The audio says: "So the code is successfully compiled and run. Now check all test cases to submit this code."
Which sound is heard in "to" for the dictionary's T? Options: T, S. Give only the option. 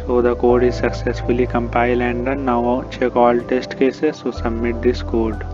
S